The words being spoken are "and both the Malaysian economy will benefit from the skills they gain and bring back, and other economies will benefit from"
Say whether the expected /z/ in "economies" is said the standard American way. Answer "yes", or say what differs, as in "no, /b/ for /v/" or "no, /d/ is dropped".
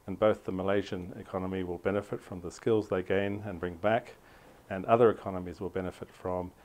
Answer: yes